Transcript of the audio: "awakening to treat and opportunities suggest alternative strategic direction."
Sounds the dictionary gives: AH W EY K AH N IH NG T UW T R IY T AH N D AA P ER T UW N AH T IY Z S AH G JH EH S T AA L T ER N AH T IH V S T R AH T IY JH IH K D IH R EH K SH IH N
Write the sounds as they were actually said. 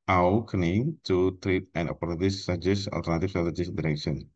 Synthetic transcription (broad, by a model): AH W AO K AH N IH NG T UW T R IY T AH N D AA P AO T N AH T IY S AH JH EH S AA L T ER N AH T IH F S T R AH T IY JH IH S D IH R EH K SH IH N